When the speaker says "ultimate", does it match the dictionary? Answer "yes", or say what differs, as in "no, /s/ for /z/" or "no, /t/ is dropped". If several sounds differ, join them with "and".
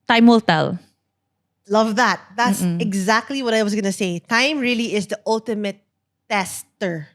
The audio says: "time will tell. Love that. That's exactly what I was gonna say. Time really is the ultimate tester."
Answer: yes